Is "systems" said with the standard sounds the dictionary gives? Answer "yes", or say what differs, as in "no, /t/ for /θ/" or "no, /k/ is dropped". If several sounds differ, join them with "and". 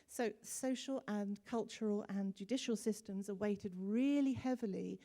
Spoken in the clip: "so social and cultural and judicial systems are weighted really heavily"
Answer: yes